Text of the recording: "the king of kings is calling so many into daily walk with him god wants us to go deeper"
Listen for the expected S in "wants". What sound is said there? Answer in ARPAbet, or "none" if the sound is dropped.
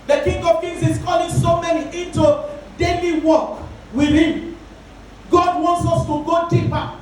S